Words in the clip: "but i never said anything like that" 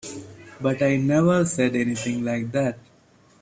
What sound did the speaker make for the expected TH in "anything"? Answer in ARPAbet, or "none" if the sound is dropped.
T